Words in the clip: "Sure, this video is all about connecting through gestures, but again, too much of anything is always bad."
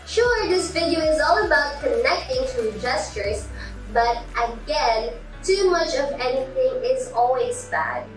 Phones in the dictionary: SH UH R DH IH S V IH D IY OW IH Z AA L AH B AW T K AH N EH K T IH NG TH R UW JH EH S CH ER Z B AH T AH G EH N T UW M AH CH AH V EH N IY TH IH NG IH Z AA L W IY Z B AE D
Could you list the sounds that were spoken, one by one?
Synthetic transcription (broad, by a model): SH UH R DH IH S F IH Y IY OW IH Z AA L AH B AW T K AH N EH K T IH NG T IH JH EH S CH ER Z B AH T AH G EH N T UW M AH CH AH V EH N IY TH IH NG IH Z AA L W IY Z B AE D